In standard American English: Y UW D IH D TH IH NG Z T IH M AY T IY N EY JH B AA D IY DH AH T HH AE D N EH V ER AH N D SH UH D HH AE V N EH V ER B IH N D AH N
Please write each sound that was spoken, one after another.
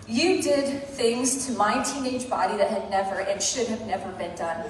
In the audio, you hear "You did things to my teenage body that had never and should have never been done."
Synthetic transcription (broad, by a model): Y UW D IH D TH IH NG Z T IH M AY T IY N EY JH B AA D IY DH AH T HH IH D N EH V ER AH N SH UH D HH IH V N EH V ER B IH N D AH N